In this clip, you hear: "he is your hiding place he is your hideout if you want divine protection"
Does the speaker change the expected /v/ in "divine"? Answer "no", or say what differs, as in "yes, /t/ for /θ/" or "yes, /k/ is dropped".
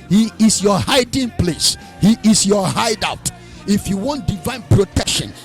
no